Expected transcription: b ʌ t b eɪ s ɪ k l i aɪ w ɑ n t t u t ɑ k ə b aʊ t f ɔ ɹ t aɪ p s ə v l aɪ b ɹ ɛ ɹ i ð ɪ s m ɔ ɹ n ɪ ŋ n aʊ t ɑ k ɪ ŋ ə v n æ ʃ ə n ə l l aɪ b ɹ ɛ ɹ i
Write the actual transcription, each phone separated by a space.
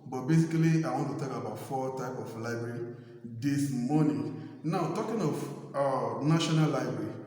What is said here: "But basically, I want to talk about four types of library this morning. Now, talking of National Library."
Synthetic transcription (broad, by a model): b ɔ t b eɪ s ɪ k l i aɪ w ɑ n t t u t ɑ k ə b aʊ t f ɔ t aɪ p ə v l aɪ b ɹ ɛ ɹ i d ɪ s m ɔ n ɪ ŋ n aʊ t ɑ k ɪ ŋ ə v n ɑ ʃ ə n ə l l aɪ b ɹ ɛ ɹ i